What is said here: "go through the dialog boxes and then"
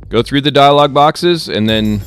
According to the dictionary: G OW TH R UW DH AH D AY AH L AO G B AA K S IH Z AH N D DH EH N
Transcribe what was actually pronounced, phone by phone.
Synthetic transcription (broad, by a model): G OW TH R UW DH AH D AY AH L AO G B AA K S IH Z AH N DH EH N